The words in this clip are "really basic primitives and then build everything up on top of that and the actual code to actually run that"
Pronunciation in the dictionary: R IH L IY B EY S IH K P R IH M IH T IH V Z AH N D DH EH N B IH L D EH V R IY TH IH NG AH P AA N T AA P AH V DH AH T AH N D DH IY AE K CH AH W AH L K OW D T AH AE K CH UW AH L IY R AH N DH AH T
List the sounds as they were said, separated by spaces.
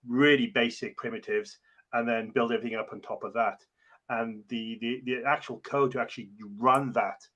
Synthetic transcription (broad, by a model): R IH L IY B EY S IH K P R IH M IH T IH V Z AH N DH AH N B IH L D EH V R IY TH IH NG AH P N T AA P AH V DH AH T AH N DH DH IY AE K CH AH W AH L K OW D T AH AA K CH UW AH L IY R AH N DH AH T